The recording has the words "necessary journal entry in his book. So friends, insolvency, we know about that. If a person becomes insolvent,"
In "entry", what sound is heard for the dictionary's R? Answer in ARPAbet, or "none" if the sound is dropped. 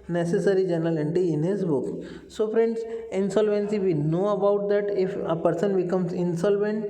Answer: none